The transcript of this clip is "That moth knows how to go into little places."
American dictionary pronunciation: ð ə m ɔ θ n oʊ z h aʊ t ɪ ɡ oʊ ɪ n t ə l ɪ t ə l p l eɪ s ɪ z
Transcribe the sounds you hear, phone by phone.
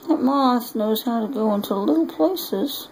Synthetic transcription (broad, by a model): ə m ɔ s n oʊ z h aʊ t ɪ ɡ oʊ ɪ n t ə l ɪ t l p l eɪ s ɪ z